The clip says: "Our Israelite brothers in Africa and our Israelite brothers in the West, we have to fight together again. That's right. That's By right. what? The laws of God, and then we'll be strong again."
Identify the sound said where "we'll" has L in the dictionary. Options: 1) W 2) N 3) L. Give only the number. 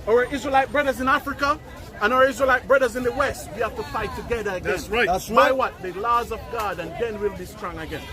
3